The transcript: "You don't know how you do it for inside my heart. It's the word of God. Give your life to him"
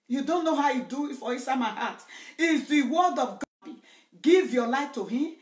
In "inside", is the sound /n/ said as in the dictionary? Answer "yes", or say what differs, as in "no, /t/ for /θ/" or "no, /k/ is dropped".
no, /n/ is dropped